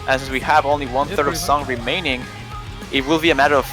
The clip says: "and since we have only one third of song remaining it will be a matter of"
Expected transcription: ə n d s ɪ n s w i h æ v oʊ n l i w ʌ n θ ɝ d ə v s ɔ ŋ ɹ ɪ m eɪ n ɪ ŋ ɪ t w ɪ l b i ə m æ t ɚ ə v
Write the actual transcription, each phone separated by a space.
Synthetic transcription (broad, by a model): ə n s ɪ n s w i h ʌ v oʊ n l i w ʌ n θ ɝ d ə v s ɔ ŋ ɹ ɪ m eɪ n ɪ ŋ ɪ t w ɪ l b i ə m æ t ɚ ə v